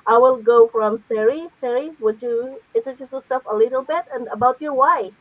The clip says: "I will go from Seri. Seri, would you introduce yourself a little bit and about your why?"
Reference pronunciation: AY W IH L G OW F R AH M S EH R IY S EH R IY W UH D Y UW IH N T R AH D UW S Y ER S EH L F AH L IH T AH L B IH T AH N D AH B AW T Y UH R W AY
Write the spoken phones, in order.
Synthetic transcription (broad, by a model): AY W IH L G OW F R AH M S EH R IY S EH R IY W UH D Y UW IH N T AH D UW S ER S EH F AH L IH T AH L B IH T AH N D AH B AW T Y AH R W AY